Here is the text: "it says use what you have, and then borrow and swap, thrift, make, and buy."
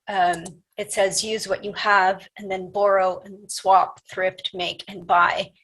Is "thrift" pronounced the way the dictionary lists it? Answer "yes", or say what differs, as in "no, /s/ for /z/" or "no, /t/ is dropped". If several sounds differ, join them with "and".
yes